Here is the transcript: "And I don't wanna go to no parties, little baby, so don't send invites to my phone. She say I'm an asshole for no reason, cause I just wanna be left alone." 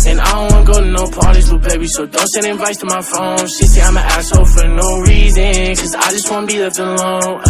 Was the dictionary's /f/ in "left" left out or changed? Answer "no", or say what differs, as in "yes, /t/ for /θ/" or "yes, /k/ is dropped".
yes, /f/ is dropped